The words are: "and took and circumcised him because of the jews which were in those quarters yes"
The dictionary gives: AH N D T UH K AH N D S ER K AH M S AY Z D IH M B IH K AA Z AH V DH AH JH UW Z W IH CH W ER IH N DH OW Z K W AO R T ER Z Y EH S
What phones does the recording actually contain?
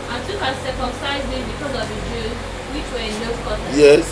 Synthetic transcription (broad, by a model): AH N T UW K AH S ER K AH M S AY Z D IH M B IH K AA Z AH V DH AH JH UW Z W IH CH W ER IH N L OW K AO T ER Y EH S